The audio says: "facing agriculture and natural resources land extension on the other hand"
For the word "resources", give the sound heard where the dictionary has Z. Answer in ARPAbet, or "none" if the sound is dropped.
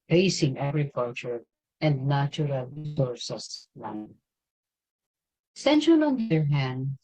S